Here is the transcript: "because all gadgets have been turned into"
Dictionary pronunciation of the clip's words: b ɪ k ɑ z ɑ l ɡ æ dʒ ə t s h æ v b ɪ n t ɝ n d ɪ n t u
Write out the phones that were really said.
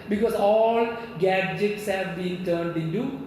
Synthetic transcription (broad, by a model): b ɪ k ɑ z ɑ l ɡ æ dʒ ə t s h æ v b ɪ n t ɝ n d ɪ n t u